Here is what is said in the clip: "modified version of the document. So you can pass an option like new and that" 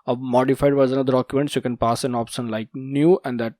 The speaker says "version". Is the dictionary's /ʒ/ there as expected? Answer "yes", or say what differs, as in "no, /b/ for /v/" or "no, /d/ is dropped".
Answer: no, /z/ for /ʒ/